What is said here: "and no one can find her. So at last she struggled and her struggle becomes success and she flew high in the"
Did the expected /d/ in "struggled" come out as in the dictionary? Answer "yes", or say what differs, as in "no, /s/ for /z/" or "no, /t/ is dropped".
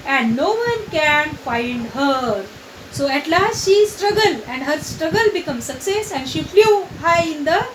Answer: no, /d/ is dropped